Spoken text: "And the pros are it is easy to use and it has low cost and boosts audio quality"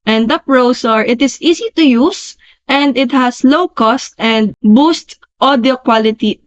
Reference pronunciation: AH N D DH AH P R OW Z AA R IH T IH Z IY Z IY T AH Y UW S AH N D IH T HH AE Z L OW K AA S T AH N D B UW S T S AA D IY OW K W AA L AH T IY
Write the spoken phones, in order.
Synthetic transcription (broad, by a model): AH N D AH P R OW S AA R IH T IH S IY S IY T AH Y UW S AH N D IH T HH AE S L OW K AA S T AH N D B UW S T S AA D IY OW K W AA L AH T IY